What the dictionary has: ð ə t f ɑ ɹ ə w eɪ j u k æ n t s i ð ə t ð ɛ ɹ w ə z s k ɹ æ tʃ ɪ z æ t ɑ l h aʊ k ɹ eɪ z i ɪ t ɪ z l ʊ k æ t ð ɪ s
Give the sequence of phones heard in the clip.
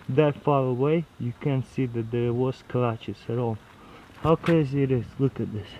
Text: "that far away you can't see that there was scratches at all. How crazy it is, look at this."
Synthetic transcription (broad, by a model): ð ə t f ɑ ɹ ə w eɪ j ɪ k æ n s i ð ə t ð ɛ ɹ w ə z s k l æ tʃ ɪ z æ t ɑ l h aʊ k eɪ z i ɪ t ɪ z l ʊ k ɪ t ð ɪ s